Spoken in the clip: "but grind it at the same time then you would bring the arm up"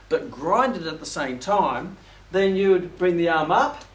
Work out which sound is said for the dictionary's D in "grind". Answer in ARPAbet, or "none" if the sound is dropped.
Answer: D